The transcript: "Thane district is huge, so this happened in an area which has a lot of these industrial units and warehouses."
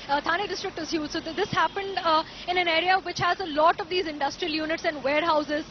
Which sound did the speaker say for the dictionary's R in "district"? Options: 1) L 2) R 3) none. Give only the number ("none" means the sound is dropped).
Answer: 2